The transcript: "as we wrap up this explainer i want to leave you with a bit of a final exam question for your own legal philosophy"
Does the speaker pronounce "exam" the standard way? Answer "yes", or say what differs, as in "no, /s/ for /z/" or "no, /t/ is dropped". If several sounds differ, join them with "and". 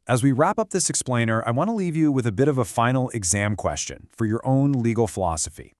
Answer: yes